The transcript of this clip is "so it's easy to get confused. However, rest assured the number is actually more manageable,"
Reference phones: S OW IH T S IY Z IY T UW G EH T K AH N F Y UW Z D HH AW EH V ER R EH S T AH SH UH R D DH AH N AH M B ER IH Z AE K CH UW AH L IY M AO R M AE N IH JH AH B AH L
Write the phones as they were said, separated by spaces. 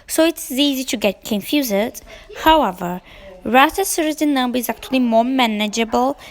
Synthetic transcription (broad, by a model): S OW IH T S IY Z IY T UW G EH T K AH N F Y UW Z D HH AW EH V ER R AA T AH S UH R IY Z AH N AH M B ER IH Z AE K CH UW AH L IY M AO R M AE N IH JH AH B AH L